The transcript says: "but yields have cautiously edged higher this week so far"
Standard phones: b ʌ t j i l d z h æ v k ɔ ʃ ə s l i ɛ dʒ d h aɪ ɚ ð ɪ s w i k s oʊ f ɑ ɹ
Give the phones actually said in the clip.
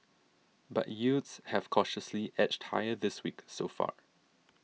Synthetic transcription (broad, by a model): b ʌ t j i d s h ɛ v k ɔ ʃ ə s l i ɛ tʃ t h aɪ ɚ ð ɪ s w i k s oʊ f ɑ ɹ